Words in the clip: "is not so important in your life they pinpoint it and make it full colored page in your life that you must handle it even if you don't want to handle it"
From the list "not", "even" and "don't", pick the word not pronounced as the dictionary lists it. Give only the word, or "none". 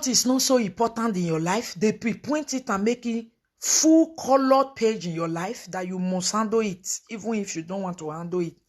none